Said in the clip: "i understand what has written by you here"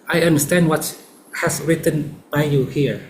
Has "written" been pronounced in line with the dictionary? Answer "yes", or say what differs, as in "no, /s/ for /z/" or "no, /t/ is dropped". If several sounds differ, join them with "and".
yes